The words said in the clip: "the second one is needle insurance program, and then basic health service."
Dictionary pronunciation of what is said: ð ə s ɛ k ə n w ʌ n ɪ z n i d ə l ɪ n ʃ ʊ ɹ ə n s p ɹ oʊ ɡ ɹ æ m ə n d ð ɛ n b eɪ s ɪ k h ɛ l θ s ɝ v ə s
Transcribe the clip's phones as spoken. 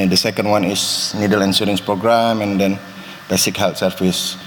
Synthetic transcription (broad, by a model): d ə s ɛ k ə n w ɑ n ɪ s n i d ə l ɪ n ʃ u ɹ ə n s p ɹ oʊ ɡ ɹ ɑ m ə n d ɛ n b eɪ s ɪ k h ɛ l t s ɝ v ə s